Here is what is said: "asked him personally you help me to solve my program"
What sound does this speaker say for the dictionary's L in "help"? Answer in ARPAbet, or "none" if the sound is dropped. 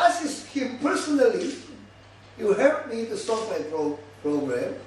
none